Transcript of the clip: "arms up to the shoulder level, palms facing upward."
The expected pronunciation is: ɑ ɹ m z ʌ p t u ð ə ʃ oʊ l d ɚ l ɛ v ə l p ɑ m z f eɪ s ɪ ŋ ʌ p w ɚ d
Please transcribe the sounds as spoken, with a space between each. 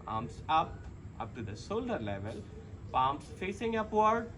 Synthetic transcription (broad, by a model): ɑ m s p ʌ p t u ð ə s oʊ l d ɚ l ɛ v ə l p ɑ m s f eɪ s ɪ ŋ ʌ p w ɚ d